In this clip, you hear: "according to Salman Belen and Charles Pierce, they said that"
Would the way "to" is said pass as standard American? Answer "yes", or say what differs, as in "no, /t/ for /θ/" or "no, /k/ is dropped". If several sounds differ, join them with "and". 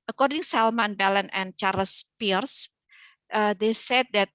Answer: no, /s/ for /t/